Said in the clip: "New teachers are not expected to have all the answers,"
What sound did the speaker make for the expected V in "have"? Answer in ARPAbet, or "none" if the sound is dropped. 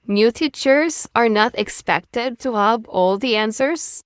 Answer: B